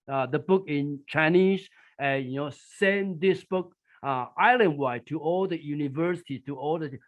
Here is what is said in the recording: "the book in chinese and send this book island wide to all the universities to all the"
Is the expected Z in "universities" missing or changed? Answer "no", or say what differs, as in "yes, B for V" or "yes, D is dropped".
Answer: yes, Z is dropped